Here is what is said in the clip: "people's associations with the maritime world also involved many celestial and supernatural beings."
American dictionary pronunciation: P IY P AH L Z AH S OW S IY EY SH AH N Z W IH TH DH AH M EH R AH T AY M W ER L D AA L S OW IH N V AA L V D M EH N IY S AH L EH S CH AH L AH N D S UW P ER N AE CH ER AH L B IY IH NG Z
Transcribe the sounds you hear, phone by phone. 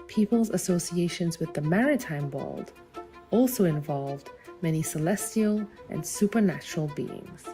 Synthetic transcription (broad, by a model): P IY P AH L Z AH S OW S IY EY SH AH N Z W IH DH AH M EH R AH T AY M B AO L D AA L S OW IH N V AA L V D M EH N IY S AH L EH S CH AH L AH N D S UW P ER N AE CH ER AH L B IY IH NG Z